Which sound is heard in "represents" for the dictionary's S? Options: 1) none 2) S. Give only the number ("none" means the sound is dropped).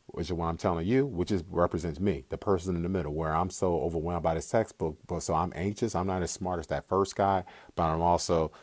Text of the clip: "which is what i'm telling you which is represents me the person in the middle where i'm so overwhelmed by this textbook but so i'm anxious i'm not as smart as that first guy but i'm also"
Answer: 2